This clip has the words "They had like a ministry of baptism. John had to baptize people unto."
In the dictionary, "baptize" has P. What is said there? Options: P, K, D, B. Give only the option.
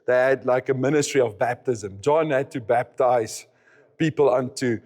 P